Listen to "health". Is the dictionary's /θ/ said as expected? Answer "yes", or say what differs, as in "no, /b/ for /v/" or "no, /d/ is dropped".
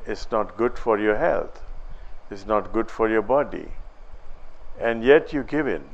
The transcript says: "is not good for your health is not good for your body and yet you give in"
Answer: no, /t/ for /θ/